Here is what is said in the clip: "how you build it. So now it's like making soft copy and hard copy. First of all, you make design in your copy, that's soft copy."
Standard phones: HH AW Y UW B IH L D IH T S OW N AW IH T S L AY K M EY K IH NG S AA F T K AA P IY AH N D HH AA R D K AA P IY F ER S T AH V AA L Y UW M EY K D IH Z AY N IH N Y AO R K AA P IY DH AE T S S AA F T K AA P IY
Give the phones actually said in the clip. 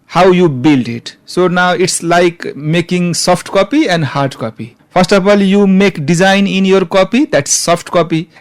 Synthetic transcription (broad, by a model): HH AW Y UW B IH L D IH T S OW N AW IH T S L AY K M EY K IH NG S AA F T K AA P IY AH N D HH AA R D K AA P IY P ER S T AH F AA L Y UW M EY K D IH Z AY N IH N Y AO R K AA P IY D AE T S S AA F T K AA P IY